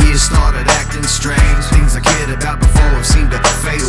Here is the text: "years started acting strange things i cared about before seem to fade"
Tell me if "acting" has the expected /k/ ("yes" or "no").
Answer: yes